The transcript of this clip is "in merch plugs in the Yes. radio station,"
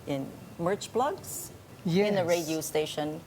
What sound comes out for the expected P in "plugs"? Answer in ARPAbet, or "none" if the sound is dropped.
B